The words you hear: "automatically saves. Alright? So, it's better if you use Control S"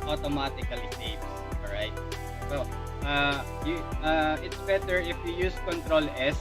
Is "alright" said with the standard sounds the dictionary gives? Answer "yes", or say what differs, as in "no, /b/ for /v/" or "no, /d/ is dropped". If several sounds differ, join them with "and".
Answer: no, /l/ is dropped